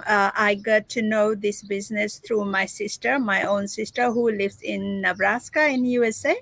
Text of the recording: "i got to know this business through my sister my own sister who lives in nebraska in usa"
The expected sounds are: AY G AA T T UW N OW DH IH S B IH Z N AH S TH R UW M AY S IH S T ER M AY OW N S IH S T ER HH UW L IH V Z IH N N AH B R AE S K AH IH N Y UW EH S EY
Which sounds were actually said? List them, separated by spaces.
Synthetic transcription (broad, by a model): AY G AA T T UW N OW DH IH S B IH Z N AH S T R UW M AY S IH S T ER M AY OW N S IH S T ER HH UW L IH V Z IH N N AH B R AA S K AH IH N Y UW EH S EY